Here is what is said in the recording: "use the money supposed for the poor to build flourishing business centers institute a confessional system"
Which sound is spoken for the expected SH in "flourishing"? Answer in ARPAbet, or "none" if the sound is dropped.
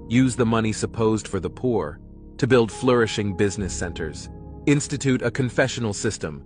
SH